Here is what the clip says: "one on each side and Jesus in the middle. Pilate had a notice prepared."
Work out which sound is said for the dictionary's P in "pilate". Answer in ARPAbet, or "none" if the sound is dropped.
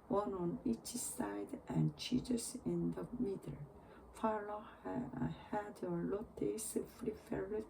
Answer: F